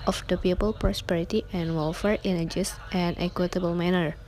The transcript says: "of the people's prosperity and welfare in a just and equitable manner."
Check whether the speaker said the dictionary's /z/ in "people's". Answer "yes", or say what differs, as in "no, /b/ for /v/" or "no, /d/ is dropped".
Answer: no, /z/ is dropped